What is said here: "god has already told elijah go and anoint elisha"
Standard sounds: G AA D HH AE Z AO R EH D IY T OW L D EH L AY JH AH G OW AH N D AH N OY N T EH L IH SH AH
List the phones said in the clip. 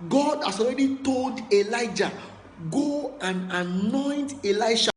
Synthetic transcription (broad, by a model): G AA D HH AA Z AO R EH D IY T OW L D EH L AY JH AH G OW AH N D AH N OY N T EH L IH SH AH